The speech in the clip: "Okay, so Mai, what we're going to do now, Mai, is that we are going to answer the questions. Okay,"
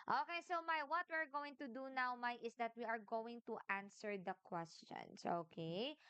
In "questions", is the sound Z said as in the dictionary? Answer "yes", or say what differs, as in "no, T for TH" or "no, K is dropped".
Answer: no, S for Z